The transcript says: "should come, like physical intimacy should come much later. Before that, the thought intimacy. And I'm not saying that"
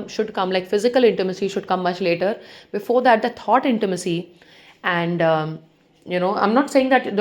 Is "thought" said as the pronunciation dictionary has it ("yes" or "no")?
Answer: no